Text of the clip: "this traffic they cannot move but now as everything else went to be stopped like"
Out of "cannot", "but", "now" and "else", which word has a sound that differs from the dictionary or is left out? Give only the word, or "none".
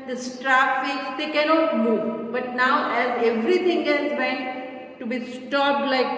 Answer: else